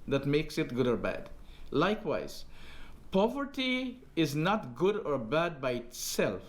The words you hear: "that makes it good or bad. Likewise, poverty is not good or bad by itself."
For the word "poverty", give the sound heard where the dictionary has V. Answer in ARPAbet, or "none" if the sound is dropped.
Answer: V